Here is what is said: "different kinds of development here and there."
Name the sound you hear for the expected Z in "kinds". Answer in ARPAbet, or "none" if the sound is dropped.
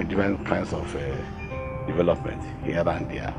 S